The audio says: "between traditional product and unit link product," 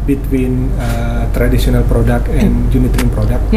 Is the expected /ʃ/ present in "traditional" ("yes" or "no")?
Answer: no